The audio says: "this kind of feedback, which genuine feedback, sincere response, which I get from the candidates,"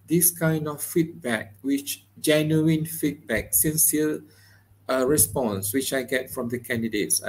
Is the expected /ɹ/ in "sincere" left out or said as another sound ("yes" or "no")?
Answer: yes